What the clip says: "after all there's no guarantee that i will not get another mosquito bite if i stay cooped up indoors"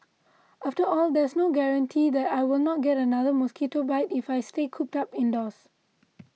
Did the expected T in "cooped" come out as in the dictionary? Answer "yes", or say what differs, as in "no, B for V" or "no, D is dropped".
yes